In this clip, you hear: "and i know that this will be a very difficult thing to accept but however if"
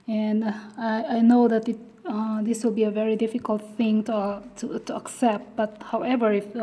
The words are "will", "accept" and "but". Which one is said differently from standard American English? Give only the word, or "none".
none